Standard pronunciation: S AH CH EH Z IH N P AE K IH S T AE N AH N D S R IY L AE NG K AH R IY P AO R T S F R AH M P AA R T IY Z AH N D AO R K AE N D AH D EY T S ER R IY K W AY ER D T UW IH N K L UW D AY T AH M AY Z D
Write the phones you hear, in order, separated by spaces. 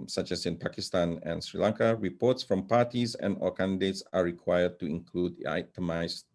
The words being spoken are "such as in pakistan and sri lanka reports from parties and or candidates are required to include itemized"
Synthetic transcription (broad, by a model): S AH CH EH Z IH N P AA K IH S T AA N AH N S R IY L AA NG K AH R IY P AO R T S F R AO M P AA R T IY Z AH N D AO L K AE N D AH D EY T S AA R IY K W AY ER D T UW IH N K L UW D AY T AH M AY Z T